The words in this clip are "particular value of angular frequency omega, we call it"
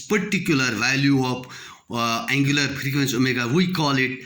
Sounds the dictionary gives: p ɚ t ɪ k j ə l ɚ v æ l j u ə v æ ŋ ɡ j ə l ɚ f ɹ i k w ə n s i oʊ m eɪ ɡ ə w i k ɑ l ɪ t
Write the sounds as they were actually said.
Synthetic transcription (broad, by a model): p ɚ t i k j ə l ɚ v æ l j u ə p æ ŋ ɡ j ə l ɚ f ɹ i k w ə n s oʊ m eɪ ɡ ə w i k ɑ l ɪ t